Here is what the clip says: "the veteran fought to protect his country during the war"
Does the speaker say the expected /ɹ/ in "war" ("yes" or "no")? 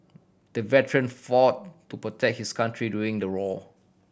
no